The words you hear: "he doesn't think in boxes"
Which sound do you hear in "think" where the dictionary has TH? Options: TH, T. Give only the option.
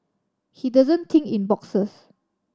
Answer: T